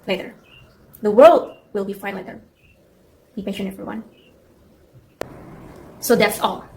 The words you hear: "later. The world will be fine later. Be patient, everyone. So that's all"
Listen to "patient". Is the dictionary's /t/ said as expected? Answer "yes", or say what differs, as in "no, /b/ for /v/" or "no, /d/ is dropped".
no, /t/ is dropped